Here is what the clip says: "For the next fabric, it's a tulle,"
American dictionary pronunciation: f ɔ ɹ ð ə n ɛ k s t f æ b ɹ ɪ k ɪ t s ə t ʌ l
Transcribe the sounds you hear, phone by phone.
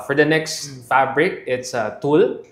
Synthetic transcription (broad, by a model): f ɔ ɹ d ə n ɛ k s t f æ b ɹ ɪ k ɪ t s ə t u l